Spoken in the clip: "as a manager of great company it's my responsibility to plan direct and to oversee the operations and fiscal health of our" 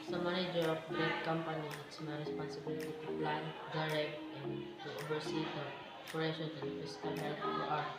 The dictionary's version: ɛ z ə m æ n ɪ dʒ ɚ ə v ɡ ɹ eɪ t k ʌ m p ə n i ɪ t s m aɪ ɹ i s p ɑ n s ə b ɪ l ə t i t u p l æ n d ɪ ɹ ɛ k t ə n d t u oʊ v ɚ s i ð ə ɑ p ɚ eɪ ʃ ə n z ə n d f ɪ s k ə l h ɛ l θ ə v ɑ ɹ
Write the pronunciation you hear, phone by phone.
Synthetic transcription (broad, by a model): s ə m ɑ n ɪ dʒ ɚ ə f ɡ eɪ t k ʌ m p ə n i ɪ t s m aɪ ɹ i s p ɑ n s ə b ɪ l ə t i t u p l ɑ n d ɪ ɹ ɛ k t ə n t u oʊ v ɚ s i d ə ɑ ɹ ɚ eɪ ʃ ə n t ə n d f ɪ s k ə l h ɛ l f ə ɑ